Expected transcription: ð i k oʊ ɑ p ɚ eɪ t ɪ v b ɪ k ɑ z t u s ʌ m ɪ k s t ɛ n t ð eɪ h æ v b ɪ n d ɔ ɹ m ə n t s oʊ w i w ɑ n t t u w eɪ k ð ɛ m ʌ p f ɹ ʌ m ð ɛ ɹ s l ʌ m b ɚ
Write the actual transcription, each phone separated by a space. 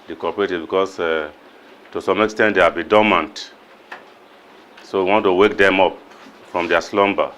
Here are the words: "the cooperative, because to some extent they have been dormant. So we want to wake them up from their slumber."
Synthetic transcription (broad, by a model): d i k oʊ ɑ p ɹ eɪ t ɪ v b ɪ k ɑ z t u s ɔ m ɪ k s t ɛ n t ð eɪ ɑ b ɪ d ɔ m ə n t s oʊ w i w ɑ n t t u w eɪ k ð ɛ m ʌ p f ɹ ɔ m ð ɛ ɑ s l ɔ m b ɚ